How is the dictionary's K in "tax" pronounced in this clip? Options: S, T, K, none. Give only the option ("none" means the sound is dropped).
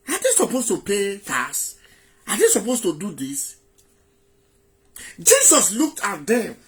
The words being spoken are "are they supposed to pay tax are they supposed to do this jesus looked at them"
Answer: none